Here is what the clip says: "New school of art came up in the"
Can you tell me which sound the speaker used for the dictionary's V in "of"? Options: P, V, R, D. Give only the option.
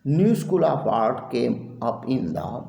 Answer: P